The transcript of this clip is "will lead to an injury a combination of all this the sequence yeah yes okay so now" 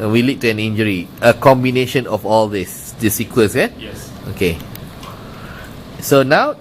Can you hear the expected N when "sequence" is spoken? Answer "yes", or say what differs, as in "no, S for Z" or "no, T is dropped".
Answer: no, N is dropped